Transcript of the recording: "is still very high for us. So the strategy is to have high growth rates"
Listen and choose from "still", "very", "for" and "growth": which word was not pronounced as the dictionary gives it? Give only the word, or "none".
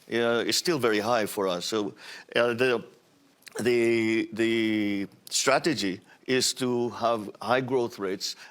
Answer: none